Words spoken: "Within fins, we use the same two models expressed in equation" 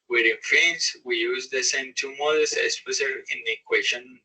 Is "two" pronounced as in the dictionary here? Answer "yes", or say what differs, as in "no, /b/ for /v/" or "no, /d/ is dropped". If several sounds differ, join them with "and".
yes